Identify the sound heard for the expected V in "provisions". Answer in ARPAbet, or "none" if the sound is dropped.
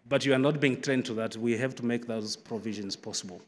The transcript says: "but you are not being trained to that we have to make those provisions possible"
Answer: V